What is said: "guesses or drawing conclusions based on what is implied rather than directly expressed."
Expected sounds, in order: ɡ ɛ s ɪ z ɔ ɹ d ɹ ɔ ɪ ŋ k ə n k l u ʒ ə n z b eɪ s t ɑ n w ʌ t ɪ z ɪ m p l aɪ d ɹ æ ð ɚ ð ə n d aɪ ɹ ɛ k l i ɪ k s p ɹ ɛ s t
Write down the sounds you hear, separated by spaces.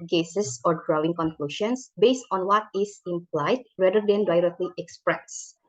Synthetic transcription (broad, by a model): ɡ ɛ s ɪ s ɔ ɹ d ɹ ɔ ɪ ŋ k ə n k l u ʃ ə n s b eɪ s t ɑ n w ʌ t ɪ s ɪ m p l aɪ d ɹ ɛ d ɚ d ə n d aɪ ɹ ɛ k l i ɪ k s p ɹ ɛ s